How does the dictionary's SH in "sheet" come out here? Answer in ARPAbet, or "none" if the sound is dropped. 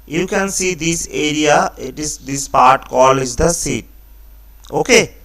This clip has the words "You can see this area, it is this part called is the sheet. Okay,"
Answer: S